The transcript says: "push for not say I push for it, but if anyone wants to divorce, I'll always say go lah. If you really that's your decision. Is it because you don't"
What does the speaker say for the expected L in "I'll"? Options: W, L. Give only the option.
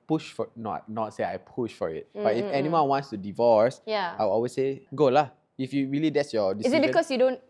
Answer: W